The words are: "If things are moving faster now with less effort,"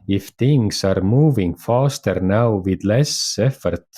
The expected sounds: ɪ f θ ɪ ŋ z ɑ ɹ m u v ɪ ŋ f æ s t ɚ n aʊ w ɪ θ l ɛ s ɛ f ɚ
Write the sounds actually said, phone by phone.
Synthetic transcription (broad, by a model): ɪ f t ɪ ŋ s ɑ ɹ m u v ɪ ŋ f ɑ s t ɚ n aʊ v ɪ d l ɛ s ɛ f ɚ